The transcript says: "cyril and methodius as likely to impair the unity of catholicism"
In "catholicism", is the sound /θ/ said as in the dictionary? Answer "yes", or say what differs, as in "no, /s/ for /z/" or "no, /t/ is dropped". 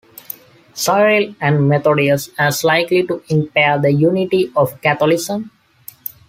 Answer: no, /t/ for /θ/